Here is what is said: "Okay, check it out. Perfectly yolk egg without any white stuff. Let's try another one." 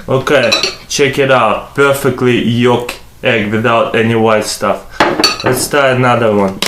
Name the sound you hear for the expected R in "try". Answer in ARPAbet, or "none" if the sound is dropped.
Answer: none